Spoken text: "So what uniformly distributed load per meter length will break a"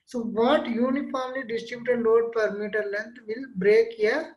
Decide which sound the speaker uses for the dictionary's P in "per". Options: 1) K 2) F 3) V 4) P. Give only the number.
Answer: 4